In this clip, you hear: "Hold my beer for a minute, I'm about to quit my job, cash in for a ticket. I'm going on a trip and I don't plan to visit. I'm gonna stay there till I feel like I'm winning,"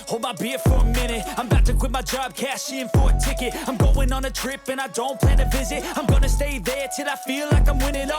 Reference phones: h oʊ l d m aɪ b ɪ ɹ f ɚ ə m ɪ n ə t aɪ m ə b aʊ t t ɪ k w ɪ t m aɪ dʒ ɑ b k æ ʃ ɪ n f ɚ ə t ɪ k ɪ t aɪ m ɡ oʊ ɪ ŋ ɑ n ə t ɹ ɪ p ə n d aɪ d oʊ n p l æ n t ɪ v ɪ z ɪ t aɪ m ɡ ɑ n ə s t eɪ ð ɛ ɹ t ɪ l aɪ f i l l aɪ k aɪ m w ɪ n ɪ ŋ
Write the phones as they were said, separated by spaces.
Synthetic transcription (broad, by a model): h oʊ l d m aɪ b ɪ ɹ f ɚ ə m ɪ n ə t aɪ m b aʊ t t ɪ k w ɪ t m aɪ dʒ ɑ b k æ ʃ ɪ n f ɚ ə t ɪ k ɪ t aɪ m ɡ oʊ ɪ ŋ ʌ n ə t ɹ ɪ p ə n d aɪ d oʊ n p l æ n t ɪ v ɪ z ɪ t aɪ m ɡ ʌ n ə s t eɪ ð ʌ ɹ t ɪ l aɪ f i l l aɪ k aɪ m w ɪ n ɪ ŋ